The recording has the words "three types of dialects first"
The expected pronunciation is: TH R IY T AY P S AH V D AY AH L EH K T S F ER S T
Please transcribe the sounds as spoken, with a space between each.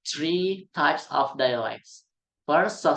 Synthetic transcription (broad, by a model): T R IY T AY P S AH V D AY AH L EH K T S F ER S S